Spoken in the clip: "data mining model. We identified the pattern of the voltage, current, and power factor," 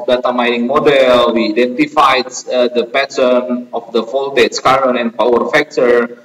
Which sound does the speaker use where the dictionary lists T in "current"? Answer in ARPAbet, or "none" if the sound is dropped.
none